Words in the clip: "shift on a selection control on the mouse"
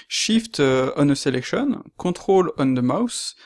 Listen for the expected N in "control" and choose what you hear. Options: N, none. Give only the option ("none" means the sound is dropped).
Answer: none